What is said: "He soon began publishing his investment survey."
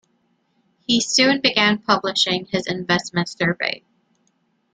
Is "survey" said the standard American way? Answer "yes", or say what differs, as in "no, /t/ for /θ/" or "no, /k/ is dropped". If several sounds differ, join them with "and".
yes